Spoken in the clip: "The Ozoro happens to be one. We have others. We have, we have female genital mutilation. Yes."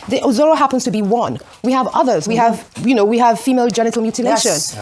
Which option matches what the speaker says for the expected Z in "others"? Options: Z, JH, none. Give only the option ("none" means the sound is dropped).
Z